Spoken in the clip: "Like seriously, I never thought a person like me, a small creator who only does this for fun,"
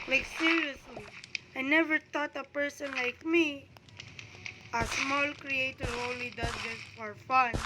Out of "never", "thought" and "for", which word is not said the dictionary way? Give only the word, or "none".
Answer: thought